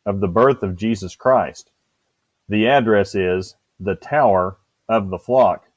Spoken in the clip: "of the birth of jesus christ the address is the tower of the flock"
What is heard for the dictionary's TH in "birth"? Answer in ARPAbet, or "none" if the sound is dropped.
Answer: TH